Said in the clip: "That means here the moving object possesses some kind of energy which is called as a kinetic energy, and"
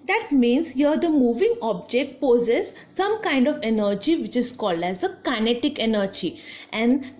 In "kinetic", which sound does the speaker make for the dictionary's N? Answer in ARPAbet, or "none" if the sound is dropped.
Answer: N